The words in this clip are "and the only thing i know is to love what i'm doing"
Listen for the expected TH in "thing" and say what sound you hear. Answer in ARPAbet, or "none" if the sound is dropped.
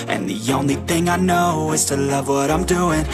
TH